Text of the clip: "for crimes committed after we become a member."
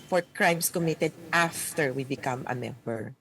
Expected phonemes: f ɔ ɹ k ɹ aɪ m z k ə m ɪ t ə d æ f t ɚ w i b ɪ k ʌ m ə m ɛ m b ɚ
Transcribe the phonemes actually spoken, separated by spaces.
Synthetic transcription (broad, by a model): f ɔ ɹ k ɹ aɪ m s k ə m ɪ t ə d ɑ f t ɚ w i b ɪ k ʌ m ə m ɛ m b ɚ